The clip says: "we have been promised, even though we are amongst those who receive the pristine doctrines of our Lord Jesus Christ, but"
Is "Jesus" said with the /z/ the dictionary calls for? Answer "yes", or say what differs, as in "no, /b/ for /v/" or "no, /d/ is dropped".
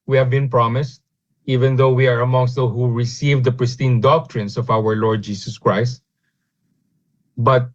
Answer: no, /s/ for /z/